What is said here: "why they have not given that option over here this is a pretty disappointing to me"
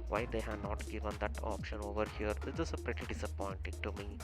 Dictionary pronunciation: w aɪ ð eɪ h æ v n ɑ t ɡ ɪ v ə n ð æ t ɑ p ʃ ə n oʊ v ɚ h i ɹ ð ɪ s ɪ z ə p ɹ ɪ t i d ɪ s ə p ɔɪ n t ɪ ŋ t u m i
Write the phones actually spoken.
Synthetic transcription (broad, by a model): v aɪ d eɪ h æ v n ɑ t ɡ ɪ v ə n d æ t ɑ p ʃ ə n oʊ v ɚ h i ɹ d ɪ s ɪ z ə p ɹ ɪ t i d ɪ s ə p ɔɪ n t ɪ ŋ t u m i